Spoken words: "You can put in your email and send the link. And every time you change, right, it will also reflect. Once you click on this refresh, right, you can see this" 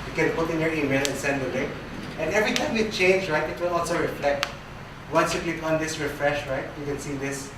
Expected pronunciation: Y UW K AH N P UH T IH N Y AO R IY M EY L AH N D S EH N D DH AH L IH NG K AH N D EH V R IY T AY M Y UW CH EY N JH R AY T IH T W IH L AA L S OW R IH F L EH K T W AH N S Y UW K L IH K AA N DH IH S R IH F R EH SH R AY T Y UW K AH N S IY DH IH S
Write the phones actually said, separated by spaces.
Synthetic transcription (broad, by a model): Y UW K AH N P UH T IH N Y AO R IY M EY L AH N S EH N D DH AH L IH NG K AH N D EH V R IY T AY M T CH EY N JH R AY T IH T W IH L AA L S OW R IH F L EH K T W AH N S Y UW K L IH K AA N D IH S R IH F R EH SH R AY T Y UW K AH N S IY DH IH S